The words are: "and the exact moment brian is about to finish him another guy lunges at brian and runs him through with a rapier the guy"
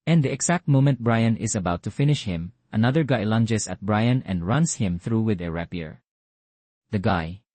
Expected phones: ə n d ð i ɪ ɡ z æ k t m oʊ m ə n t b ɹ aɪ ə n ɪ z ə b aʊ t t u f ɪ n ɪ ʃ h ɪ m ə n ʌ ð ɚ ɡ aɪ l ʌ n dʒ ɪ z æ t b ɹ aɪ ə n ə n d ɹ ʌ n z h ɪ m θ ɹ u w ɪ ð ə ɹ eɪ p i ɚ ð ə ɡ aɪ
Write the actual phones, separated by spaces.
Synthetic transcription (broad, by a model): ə n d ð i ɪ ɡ s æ k t m oʊ m ə n t b ɹ aɪ ə n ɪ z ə b aʊ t t u f ɪ n ɪ ʃ h ɪ m ə n ʌ ð ɚ ɡ aɪ l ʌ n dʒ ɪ s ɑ t b ɹ aɪ ə n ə n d ɹ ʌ n s h ɪ m θ ɹ u w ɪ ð ə ɹ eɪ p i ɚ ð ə ɡ aɪ